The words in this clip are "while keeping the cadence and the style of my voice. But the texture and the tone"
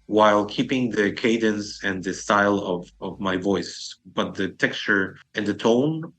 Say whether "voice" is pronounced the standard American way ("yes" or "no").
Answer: yes